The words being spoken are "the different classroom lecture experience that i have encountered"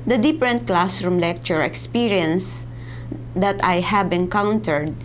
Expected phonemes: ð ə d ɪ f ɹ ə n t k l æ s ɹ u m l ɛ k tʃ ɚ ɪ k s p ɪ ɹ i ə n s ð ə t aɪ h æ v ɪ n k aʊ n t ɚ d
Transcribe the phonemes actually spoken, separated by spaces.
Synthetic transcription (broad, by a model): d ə d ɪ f ɹ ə n t k l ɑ s ɹ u m l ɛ k tʃ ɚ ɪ k s p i ɹ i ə n s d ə t aɪ h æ b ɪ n k aʊ n t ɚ d